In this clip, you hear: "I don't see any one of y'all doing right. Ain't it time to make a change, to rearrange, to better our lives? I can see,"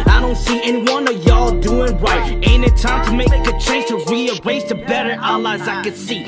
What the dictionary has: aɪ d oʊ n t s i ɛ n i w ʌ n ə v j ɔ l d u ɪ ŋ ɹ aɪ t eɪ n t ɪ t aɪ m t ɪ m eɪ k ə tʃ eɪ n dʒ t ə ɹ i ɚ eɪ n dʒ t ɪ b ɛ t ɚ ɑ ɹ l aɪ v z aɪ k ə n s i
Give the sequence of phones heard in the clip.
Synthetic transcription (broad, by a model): aɪ d oʊ n t s i ɛ n i w ʌ n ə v j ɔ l d u ɪ ŋ ɹ aɪ t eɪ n ɪ t aɪ m t ɪ m eɪ k ə tʃ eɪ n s t ə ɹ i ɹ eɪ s t ɪ b ɛ t ɚ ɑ l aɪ z aɪ k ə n s i